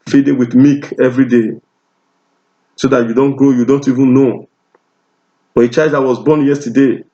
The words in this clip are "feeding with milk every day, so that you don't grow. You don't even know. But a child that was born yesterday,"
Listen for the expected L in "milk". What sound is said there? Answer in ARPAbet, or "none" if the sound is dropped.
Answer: none